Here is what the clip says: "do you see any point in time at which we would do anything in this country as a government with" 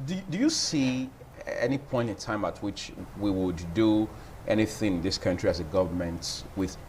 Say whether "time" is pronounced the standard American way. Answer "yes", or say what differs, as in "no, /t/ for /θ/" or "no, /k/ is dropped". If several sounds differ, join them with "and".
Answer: yes